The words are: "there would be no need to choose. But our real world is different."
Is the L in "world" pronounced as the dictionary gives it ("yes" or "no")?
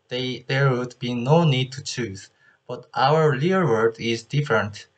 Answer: no